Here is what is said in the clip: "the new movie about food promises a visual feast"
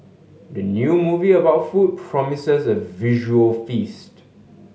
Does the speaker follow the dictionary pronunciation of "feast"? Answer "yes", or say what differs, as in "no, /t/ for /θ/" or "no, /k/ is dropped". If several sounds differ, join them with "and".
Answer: yes